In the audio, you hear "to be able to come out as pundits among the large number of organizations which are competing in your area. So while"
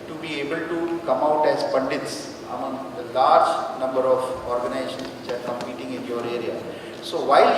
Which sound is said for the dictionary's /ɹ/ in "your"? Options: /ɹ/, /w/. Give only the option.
/ɹ/